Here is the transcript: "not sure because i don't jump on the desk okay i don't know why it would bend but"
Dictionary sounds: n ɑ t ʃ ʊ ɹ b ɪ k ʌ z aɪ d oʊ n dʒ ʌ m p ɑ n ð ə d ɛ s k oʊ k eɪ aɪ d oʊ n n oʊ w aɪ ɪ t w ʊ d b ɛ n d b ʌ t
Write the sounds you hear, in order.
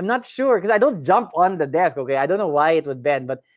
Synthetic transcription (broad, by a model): n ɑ t ʃ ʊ ɹ k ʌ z aɪ d oʊ n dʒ ʌ m p ɑ n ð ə d ɛ s k oʊ k eɪ aɪ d oʊ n n oʊ w aɪ ɪ t w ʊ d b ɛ n b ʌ t